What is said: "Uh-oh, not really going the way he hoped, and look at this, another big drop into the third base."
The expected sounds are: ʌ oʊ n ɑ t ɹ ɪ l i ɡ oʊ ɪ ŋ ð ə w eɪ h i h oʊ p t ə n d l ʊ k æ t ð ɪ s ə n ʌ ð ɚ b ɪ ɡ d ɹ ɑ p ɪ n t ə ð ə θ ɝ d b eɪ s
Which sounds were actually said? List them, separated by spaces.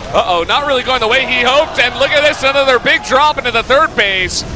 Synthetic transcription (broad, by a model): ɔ oʊ n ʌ t ɹ ɪ l i ɡ oʊ ɪ ŋ ð ə w eɪ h i h oʊ p t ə n l ʊ k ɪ t ð ɪ s ə n ʌ ð ɚ b ɪ ɡ d ɹ ɑ p ɪ n t ə ð ə θ ɝ d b eɪ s